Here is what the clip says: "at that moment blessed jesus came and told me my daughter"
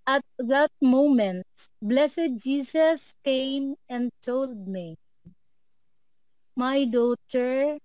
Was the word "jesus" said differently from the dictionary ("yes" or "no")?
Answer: yes